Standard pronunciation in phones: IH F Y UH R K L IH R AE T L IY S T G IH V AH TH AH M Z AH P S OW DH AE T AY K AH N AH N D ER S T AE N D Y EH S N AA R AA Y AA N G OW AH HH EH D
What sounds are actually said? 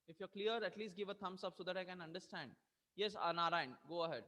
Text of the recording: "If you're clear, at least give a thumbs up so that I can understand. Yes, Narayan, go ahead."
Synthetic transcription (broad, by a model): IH F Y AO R K L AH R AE T L IY S T G IH V AH T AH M S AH B S OW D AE T AY K AH N AH N D ER S T AE N D Y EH S N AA R AA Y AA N G OW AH HH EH D